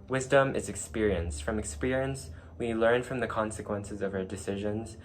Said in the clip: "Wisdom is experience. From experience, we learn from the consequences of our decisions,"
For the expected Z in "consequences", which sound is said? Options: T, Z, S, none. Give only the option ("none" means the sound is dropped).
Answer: Z